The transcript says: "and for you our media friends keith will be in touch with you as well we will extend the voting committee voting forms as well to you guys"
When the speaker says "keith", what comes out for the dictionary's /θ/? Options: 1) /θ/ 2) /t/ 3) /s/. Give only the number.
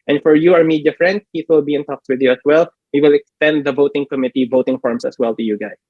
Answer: 3